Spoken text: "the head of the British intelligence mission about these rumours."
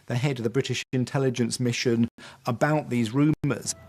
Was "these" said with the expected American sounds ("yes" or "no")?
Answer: yes